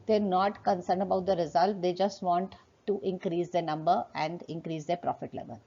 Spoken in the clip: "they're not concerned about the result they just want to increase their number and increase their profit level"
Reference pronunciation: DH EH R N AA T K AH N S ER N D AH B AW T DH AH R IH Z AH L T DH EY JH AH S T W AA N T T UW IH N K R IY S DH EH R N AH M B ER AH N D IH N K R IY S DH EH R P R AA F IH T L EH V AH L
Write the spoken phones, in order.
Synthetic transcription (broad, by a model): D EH R N AA T K AH N S ER N D AH B AW T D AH R IH Z AH L T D EY JH AH S T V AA N T T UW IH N K R IY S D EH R N AH M B ER AH N D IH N K R IY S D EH R P R AA F IH T L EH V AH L